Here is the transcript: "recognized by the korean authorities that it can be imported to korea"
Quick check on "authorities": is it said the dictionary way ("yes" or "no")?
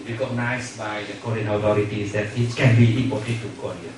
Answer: no